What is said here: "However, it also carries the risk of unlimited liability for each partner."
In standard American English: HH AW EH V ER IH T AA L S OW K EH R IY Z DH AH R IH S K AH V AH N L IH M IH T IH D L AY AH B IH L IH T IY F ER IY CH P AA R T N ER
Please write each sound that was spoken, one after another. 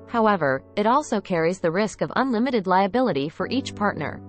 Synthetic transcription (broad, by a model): HH AW EH V ER IH T AA L S OW K EH R IY Z DH AH R IH S K AH V AH N L IH M IH T IH D L AY AH B IH L IH T IY F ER IY CH P AA R T N ER